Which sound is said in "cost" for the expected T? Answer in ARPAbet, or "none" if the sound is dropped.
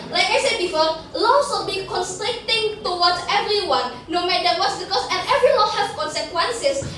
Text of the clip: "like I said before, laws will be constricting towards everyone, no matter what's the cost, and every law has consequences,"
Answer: none